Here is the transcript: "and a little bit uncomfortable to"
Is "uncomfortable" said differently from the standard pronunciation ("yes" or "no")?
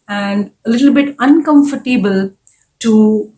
no